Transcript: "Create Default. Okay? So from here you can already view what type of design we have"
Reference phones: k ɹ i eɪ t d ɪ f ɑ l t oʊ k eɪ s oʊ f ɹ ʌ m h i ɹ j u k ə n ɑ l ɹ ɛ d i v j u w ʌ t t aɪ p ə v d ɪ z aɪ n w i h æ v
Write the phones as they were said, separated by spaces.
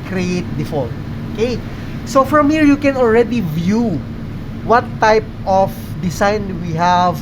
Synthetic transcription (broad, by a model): k ɹ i eɪ t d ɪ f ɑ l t oʊ k eɪ s oʊ f ɹ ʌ m h i ɹ j u k ə n ɑ l ɹ ɛ d i v j u w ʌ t t aɪ p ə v d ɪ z aɪ n w i h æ v